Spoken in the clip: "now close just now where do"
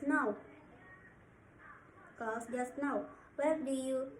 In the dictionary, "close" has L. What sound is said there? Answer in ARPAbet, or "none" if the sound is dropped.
none